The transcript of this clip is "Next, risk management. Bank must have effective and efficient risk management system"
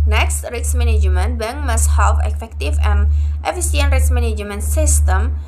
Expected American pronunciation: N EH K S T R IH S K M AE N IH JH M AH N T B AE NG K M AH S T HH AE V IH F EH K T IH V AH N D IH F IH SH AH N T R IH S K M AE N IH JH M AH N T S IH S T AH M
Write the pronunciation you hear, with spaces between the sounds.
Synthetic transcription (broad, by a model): N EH K S T R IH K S M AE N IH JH M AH N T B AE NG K M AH S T HH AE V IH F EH K T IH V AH N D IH F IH S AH N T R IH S M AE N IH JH M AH N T S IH S T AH M